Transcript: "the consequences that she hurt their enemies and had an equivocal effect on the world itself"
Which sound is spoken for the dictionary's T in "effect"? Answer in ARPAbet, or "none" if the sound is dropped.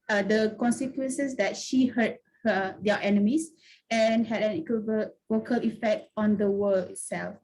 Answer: T